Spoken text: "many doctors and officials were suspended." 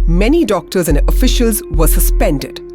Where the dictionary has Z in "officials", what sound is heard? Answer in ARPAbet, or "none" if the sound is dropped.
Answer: Z